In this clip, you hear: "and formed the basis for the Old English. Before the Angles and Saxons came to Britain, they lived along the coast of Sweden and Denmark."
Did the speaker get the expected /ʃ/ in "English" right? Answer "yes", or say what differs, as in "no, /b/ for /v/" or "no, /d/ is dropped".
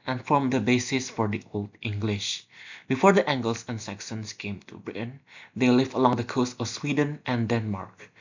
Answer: yes